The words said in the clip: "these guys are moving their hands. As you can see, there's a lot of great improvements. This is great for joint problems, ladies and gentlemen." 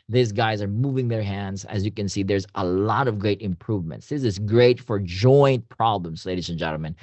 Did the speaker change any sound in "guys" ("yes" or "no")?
no